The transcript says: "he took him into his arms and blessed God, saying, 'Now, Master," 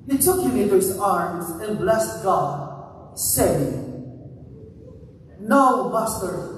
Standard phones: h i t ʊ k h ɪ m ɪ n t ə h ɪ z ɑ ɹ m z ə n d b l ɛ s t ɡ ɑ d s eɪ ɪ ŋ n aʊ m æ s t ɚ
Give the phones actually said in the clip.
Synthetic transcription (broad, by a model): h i t ʊ k h ɪ m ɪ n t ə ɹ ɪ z ɑ ɹ m z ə n b l ɛ s t ɡ ɑ d s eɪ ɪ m n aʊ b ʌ s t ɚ